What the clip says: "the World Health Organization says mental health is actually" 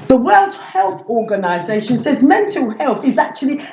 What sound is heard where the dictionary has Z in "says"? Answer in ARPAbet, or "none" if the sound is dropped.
Z